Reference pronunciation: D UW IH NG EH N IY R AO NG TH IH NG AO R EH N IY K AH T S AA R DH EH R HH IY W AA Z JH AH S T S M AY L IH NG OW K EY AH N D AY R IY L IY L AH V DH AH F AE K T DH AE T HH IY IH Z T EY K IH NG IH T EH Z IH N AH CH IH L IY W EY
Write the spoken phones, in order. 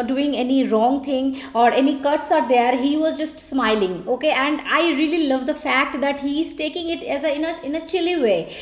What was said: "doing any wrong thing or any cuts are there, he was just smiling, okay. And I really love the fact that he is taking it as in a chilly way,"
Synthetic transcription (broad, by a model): D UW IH NG EH N IY R AO NG T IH NG AO R EH N IY K AH T S AA R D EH R HH IY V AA Z JH AH S T S M AY L IH NG OW K EY AH N D AY R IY L IY L AH V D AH F AE K T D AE T HH IY IH Z T EY K IH NG IH T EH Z IH N AH CH IH L IY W EY